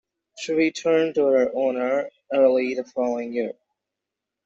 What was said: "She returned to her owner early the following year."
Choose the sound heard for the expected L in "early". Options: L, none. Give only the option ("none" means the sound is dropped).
L